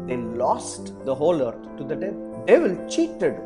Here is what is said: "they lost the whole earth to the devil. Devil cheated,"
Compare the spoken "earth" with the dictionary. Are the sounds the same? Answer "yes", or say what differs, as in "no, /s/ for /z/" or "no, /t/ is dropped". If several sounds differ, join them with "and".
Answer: no, /t/ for /θ/